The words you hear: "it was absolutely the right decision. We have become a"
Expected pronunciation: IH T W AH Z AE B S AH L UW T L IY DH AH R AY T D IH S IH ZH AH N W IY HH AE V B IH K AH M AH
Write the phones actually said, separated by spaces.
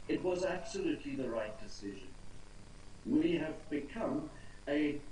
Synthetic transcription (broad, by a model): IH T W AH Z AE B S AH L UW T L IY DH AH R AY T D IH S IH ZH AH N W IY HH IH V B IH K AH M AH